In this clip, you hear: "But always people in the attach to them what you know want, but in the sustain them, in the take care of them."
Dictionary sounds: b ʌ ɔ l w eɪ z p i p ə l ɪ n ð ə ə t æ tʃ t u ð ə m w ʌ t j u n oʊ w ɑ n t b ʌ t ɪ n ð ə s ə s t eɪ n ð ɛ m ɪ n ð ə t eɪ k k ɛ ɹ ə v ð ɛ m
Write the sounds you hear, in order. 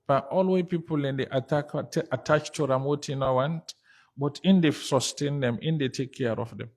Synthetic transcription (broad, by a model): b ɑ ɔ l w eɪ p i p ə l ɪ n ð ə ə t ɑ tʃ t u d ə m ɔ t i n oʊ w ɑ n t b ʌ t ɪ n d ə s ə s t eɪ n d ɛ m ɪ n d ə t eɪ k k ɛ ɹ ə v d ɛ m